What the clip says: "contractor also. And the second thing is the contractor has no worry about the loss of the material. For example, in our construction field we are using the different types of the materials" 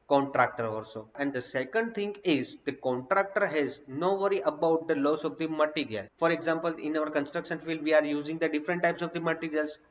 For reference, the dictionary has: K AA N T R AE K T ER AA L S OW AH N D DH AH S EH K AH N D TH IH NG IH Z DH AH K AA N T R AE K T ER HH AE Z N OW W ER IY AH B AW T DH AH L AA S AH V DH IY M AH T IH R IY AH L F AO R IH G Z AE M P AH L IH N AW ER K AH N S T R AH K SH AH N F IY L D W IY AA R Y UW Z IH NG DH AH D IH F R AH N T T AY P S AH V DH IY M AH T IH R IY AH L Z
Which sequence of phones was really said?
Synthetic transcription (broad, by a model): K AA N T R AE K T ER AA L S OW AH N D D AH S EH K AH N D T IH NG IH Z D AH K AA N T R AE K T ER HH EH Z N OW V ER IY AH B AW T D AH L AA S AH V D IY M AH T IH R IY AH L F AO R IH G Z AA M P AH L IH N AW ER K AH N S T R AH K SH AH N F IY L D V IY AA R Y UW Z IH NG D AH D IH F R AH N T T AY P S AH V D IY M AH T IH R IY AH L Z